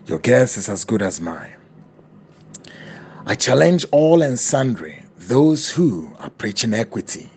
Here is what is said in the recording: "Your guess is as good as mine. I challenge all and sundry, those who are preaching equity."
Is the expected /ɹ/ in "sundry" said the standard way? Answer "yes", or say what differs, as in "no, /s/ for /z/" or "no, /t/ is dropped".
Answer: yes